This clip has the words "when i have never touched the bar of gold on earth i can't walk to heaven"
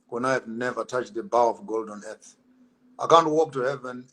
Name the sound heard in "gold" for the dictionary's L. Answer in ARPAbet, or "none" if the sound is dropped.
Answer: L